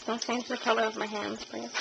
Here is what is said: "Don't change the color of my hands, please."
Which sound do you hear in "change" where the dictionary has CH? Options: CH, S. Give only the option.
S